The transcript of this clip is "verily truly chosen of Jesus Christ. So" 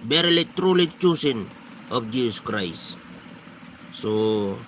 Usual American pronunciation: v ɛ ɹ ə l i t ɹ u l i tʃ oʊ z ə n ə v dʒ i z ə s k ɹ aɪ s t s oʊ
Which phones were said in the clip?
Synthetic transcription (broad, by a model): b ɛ ɹ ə l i t ɹ u l i tʃ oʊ s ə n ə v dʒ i s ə s k ɹ aɪ s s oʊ